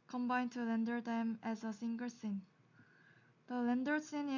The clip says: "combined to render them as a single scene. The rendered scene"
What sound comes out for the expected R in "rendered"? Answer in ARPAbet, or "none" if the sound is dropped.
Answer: L